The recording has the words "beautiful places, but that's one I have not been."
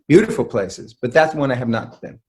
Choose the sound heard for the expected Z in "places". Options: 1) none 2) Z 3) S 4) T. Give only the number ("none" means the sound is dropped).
2